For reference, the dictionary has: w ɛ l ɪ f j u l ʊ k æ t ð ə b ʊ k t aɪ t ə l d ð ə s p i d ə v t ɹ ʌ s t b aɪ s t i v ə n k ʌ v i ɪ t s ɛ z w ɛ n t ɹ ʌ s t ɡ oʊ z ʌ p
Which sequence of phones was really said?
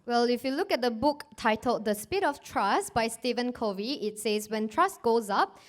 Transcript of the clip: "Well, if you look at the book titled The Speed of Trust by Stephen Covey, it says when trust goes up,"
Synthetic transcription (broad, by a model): w ɛ l ɪ f j u l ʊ k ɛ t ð ə b ʊ k t aɪ t ə l d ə s p i d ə f t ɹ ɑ s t b aɪ s t i v ə n k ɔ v i ɪ t s ɛ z w ɛ n t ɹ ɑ s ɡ oʊ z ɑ p